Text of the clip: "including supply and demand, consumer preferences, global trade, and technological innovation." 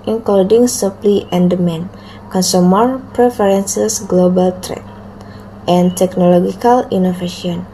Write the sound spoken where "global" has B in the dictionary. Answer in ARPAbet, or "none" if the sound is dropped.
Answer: B